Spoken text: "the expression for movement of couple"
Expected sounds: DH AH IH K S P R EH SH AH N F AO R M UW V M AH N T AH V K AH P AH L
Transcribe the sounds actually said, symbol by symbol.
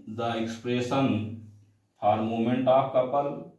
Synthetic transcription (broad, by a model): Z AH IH K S P R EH S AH N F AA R M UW M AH N T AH P K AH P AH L